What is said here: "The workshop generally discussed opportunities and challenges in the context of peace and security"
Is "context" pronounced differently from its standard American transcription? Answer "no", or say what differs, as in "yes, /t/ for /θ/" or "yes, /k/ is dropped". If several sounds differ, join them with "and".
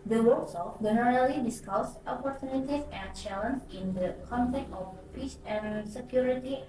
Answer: yes, /s/ is dropped